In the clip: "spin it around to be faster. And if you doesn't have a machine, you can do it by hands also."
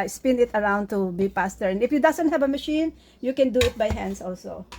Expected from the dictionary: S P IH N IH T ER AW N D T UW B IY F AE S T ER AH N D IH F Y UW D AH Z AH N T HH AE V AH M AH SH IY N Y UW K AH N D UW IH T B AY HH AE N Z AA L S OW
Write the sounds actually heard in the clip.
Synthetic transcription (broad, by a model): S P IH N IH T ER AW N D T UW B IY P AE S T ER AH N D IH F Y UW D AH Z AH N T HH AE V AH M AH SH IY N Y UW K AH N D UW IH T B AY HH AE N S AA L S OW